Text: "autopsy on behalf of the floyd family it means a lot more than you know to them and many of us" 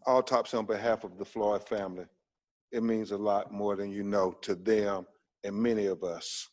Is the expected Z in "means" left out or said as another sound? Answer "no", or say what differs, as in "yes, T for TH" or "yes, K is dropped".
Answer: no